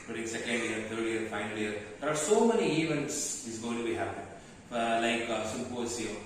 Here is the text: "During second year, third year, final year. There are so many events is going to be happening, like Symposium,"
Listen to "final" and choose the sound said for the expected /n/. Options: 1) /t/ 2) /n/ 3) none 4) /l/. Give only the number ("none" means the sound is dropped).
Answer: 2